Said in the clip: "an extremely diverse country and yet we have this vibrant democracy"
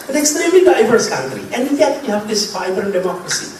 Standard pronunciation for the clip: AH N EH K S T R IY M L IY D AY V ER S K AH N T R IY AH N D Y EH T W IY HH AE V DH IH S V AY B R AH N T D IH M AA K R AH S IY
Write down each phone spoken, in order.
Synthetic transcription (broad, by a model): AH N EH K S T R IY M L IY D AY V ER S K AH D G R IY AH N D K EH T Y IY HH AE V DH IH S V AY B AH T D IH M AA K R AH S IY